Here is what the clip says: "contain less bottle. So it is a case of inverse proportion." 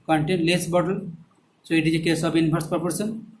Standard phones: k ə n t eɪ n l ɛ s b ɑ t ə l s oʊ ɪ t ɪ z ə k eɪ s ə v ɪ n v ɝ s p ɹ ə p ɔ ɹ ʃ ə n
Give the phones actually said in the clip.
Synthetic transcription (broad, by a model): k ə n t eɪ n l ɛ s b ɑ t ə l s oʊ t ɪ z ə k eɪ s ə b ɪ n p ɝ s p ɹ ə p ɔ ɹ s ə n